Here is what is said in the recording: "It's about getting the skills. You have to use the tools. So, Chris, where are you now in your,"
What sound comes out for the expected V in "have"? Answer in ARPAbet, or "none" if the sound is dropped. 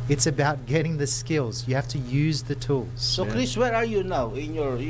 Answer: F